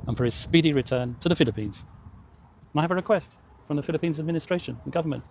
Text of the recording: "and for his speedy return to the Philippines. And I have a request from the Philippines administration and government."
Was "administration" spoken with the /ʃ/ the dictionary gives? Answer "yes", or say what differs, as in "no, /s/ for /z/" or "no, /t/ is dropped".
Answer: no, /ʃ/ is dropped